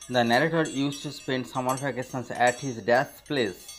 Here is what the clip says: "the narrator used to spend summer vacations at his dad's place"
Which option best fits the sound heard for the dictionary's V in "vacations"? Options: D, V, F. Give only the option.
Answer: F